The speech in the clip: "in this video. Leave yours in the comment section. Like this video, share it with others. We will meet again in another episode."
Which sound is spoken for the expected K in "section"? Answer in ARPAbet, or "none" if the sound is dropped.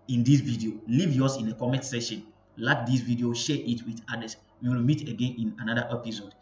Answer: none